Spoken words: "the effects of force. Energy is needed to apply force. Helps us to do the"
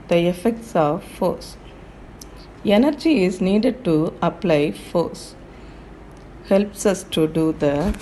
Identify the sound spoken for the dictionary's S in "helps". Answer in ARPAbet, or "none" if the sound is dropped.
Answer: S